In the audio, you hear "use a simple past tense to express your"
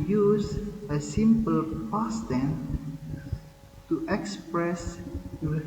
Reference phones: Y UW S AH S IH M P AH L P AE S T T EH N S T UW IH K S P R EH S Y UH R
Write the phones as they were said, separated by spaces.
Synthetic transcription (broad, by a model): Y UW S AH S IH M P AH L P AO S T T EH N T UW IH K S P R EH S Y